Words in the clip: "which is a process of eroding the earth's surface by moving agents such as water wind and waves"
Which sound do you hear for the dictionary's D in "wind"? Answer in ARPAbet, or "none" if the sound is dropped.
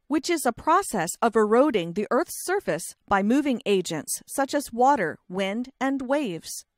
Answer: D